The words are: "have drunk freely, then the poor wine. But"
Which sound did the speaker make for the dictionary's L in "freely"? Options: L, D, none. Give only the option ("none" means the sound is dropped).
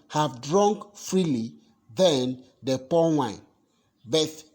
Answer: L